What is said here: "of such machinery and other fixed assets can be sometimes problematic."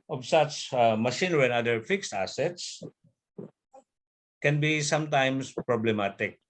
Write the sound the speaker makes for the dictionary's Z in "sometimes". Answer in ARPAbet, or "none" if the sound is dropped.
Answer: S